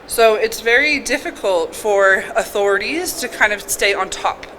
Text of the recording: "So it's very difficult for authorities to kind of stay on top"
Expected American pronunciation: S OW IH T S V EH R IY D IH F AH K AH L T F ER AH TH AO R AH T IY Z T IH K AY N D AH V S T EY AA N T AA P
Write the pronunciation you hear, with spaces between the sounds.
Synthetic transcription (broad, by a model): S OW IH T S V EH R IY D IH F AH K AH L T F ER AH TH AO R AH T IY Z T IH K AY N D AH V S T EY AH N T AA P